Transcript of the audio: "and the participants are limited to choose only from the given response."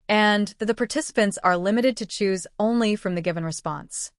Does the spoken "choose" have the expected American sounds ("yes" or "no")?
yes